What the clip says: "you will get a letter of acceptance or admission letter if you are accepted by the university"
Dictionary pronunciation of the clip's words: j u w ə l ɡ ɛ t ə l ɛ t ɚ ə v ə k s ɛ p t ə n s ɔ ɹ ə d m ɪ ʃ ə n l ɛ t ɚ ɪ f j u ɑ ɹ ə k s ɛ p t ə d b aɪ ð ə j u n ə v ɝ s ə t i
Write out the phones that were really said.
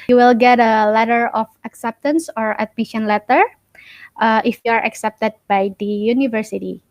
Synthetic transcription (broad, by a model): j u w ə l ɡ ɛ t ə l ɛ t ɚ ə f ə k s ɛ p t ə n s ɔ ɹ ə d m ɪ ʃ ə n l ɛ t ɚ ɪ f j u ɑ ɹ ə k s ɛ p t ə d b aɪ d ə j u n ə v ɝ s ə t i